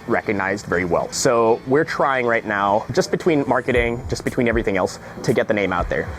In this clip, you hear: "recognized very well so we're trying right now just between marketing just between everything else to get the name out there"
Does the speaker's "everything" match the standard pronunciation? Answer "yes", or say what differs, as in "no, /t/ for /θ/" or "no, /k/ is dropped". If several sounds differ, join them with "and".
yes